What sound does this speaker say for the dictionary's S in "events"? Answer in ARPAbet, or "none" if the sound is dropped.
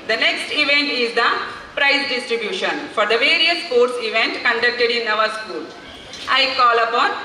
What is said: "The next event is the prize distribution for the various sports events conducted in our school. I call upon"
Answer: none